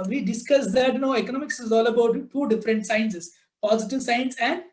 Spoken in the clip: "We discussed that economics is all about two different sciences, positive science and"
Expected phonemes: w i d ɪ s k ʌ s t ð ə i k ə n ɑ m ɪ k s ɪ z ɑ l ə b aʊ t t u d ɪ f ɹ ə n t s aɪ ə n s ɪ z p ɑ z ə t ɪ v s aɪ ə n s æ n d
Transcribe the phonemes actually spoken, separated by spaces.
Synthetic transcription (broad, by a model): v i d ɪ s k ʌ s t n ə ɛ k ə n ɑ m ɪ k s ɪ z ɑ l ə b aʊ t t u d ɪ f ɹ ə n t s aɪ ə n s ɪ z p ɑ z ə t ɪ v s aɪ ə n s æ n d